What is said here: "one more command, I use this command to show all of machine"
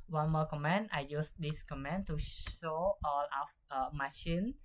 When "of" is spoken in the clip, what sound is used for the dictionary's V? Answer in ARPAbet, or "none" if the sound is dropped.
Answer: F